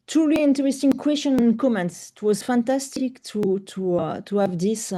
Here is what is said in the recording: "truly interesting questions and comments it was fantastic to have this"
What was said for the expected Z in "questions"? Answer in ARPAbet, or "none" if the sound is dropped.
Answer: none